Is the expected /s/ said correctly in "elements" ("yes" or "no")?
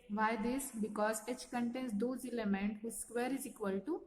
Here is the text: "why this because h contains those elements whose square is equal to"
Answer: no